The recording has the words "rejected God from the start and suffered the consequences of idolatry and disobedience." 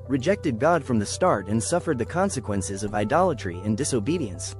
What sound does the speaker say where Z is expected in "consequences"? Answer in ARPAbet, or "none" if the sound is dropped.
Z